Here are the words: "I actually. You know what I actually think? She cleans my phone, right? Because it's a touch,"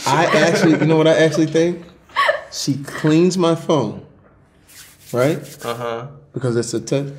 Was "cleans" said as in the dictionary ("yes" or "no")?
yes